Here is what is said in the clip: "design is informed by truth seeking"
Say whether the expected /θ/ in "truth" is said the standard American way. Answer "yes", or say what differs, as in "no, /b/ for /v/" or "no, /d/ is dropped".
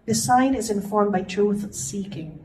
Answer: yes